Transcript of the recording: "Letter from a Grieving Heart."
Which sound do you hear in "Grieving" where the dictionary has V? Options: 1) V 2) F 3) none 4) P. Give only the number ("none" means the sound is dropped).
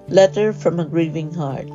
1